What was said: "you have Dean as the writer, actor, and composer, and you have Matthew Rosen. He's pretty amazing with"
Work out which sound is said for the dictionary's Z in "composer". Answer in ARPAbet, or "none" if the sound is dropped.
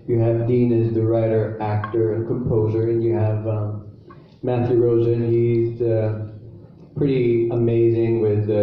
Z